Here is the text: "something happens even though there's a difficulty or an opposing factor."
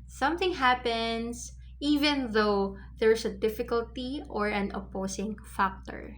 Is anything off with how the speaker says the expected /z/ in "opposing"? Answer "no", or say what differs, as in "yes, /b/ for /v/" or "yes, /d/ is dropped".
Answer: yes, /s/ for /z/